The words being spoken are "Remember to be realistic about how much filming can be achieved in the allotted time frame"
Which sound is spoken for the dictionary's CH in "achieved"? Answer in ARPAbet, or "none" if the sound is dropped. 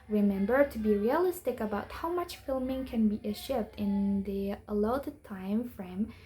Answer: SH